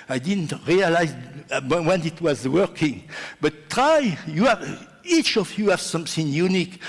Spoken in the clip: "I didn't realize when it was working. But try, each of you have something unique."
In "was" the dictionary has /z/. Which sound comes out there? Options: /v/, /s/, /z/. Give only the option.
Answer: /z/